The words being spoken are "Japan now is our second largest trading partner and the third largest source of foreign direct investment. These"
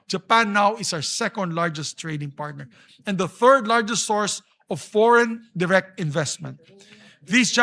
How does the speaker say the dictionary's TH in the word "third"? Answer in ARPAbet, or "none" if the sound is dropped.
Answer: TH